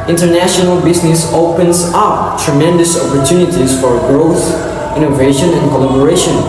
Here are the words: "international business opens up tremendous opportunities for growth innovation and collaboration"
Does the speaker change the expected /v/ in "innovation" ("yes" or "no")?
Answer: no